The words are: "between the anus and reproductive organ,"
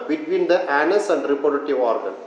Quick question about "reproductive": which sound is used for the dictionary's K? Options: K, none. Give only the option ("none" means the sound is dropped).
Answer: none